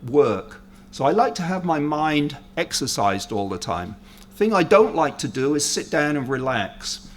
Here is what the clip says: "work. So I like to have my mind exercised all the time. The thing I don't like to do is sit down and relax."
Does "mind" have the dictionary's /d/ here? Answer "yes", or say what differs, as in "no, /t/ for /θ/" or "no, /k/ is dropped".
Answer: yes